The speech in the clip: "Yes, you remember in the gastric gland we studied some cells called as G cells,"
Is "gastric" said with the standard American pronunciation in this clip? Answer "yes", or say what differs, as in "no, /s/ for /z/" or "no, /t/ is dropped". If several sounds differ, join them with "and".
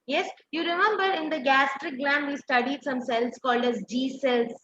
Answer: yes